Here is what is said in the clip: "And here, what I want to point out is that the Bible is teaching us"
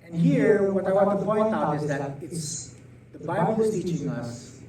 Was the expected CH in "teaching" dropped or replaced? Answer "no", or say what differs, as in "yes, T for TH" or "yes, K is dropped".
yes, CH is dropped